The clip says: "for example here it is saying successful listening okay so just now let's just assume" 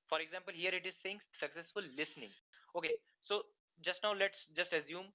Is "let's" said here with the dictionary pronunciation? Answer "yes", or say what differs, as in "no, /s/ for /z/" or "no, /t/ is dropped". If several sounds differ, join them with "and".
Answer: yes